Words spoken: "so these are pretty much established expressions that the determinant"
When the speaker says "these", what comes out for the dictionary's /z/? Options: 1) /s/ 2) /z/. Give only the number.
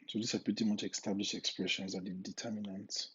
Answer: 1